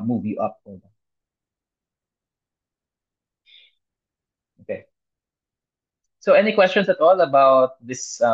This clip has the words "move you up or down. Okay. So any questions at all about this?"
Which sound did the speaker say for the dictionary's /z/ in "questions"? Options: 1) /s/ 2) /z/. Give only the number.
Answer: 1